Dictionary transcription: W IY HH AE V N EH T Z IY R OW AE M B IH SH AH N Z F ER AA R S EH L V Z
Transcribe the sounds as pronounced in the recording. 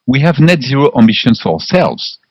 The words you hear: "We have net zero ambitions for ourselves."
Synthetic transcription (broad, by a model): W IY HH AE V N EH T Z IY R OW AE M B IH SH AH N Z F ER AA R S EH L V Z